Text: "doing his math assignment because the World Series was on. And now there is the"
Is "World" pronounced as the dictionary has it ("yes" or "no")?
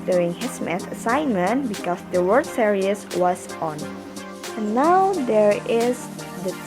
no